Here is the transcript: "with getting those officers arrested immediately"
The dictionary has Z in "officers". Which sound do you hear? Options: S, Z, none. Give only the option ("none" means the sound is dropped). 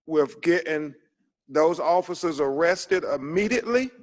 Z